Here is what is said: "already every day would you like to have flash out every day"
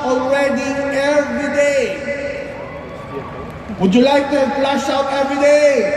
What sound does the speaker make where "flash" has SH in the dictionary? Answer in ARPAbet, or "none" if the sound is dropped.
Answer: S